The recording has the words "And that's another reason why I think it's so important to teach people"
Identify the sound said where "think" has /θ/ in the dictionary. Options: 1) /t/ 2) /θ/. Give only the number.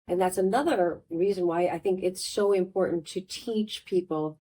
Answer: 2